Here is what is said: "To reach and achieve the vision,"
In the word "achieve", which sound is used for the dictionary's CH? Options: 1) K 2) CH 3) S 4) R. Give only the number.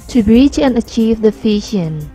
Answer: 2